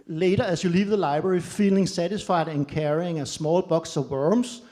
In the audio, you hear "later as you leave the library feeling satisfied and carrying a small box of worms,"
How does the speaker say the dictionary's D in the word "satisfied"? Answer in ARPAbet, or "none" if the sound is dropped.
D